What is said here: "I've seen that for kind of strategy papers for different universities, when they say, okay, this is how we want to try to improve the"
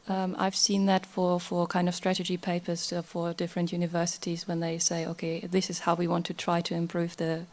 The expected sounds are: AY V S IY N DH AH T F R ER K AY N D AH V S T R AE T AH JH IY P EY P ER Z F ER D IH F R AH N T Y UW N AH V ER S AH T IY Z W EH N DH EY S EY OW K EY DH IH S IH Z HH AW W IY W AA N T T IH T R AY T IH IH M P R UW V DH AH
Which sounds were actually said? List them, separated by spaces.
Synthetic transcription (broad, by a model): AY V S IY N DH AH T F R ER K AY N D AH V S T R AE T AH JH IY P EY P ER Z F ER D IH F R AH N T Y UW N AH V ER S AH T IY Z W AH N DH EY S EY OW K EY DH IH S IH Z HH AW W IY W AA N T T IH T R AY T IH IH M P R UW V DH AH